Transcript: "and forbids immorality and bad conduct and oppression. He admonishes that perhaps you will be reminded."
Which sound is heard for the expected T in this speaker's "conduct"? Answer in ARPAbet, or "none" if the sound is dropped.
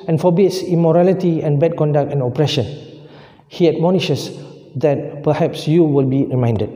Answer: T